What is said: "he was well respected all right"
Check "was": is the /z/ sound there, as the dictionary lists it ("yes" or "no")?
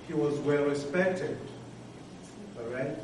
yes